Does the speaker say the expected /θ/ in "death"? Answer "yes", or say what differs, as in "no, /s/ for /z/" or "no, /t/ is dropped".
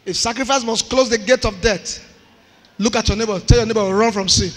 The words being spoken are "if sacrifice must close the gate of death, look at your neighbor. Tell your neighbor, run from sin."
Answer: no, /t/ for /θ/